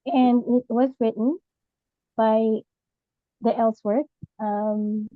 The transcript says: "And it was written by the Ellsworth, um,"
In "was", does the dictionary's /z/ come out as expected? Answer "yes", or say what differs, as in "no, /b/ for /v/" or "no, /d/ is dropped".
yes